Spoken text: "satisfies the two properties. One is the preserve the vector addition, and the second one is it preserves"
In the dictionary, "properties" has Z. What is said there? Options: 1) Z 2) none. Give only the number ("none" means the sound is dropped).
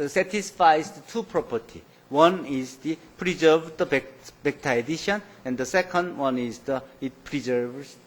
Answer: 2